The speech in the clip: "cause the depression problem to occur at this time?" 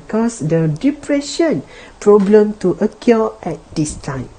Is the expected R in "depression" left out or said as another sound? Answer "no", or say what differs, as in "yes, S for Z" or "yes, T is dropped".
no